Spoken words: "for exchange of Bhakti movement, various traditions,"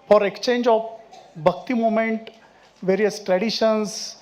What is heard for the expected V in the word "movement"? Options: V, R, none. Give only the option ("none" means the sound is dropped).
none